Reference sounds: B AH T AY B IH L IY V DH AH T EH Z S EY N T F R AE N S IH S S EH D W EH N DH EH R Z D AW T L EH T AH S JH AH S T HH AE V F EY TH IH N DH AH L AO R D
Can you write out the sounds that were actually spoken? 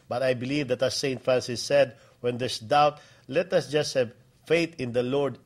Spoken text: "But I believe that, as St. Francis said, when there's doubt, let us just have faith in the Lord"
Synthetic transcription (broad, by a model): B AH T AY B IH L IY V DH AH T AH S EY N T F R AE N S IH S S EH D W EH N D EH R S D AW T L EH T AH S JH AH S T HH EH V F EY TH IH N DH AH L AO R D